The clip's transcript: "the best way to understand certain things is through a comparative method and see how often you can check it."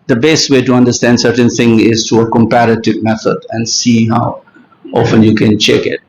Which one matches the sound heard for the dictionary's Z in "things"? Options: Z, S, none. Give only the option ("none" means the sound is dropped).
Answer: none